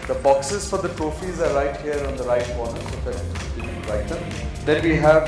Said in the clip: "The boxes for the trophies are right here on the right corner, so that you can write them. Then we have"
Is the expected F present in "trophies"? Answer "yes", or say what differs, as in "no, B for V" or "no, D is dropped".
yes